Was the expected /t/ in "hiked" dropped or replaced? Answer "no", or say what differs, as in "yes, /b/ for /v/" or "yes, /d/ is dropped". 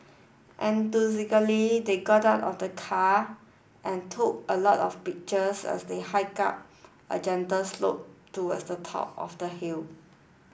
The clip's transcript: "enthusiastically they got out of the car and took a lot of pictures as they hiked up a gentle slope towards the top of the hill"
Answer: yes, /t/ is dropped